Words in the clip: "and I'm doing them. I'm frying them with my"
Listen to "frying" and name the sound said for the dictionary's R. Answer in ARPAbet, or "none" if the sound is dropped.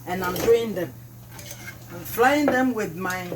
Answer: L